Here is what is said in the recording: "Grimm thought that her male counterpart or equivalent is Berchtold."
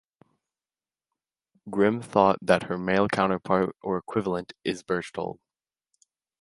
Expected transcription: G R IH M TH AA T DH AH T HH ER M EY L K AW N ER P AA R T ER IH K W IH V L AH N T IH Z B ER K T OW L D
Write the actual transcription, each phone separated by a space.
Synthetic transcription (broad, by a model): G R IH M TH AA T DH AH T HH ER M EY L K AW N ER P AA R T ER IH K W IH V L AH N T IH Z B ER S T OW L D